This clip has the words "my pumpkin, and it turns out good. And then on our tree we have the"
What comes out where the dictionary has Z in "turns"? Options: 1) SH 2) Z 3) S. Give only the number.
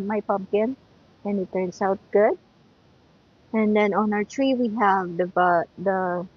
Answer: 3